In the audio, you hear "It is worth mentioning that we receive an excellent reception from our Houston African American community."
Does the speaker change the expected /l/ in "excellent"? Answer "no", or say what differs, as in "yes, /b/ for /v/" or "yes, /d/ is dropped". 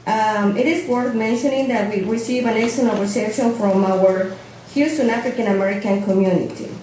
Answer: yes, /n/ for /l/